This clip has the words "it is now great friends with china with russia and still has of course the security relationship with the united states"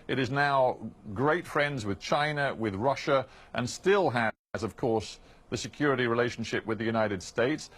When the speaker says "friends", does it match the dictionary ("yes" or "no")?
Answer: yes